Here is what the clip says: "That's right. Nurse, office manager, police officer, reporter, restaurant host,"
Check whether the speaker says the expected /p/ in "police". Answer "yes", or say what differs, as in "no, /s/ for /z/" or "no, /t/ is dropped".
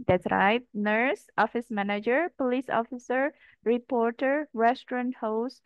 yes